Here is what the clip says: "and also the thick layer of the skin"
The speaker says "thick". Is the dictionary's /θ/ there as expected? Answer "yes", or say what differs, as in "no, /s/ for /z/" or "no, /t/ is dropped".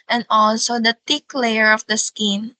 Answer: no, /t/ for /θ/